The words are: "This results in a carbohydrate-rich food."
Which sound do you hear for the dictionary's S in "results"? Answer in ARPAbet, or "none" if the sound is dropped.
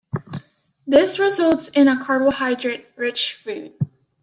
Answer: S